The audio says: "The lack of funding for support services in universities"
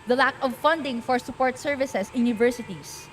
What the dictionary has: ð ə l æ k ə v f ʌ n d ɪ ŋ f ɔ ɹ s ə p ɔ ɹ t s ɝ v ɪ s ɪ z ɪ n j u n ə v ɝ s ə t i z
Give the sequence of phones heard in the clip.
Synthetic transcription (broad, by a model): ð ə l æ k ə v f ʌ n d ɪ ŋ f ɔ ɹ s ə p ɔ ɹ t s ɝ v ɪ s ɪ s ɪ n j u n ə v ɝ s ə t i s